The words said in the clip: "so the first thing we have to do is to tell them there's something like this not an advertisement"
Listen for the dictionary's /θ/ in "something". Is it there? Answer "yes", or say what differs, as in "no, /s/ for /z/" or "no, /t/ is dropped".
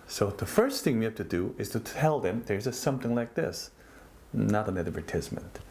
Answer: yes